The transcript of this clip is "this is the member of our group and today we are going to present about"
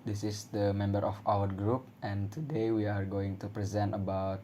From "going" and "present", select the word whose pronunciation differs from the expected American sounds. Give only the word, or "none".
none